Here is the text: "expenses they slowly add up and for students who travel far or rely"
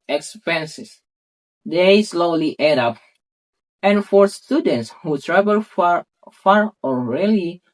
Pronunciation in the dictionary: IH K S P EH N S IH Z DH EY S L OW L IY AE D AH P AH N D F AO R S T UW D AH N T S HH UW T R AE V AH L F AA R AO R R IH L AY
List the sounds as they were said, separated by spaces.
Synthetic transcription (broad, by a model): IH K S P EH N S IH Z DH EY S L OW L IY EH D AH P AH N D F AO R S T UW D AH N T S HH UW T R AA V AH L F AA R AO L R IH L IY